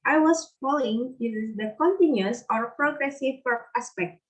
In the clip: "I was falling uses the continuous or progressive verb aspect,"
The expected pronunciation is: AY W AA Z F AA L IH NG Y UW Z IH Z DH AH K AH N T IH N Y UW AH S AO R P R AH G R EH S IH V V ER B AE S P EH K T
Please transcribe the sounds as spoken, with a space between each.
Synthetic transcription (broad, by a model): AY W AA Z F AA L IH NG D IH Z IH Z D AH K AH N T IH N Y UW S AO R P R AH G R EH S IH V P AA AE S P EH K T